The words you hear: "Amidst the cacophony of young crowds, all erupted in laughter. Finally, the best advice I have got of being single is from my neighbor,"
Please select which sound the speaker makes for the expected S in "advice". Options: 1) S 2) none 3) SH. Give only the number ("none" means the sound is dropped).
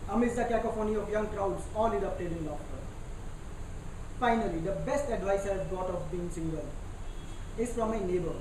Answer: 1